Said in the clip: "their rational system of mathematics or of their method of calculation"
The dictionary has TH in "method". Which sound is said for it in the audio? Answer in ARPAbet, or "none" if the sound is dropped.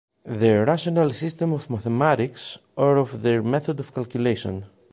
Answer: TH